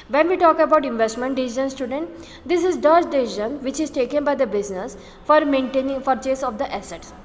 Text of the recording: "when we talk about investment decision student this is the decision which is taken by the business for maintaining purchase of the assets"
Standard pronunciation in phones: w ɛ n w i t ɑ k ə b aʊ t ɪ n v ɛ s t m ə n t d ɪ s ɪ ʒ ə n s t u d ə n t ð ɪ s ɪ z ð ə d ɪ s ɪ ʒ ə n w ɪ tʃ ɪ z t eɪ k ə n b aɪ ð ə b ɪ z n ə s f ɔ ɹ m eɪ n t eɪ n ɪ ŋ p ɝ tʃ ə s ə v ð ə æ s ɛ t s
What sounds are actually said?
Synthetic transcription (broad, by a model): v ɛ n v i t ɑ k ə b aʊ t ɪ n v ɛ s t m ə n t d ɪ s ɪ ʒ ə n s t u d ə n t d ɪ s ɪ z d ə d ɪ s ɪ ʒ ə n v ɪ tʃ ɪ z t eɪ k ə n b aɪ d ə b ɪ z n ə s f ɔ ɹ m eɪ n t eɪ n ɪ ŋ f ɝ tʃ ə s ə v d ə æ s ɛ t s